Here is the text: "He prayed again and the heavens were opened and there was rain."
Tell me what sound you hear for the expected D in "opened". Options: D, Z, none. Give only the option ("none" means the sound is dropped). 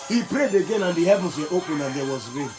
none